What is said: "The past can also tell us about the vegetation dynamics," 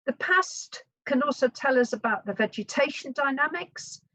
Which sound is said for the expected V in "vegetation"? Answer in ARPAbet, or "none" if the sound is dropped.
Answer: V